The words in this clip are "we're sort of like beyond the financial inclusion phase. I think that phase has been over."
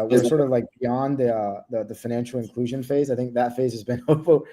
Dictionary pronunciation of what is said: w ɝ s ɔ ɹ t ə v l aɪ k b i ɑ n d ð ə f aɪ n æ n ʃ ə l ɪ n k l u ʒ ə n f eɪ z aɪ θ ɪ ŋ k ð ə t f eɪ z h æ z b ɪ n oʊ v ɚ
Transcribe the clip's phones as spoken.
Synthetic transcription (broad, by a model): w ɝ s ɔ ɹ t ə v l aɪ k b i ɑ n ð ð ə f aɪ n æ n ʃ l ɪ n k l u ʒ ə n f eɪ z aɪ θ ɪ ŋ k ð ə t f eɪ z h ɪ z b ɪ n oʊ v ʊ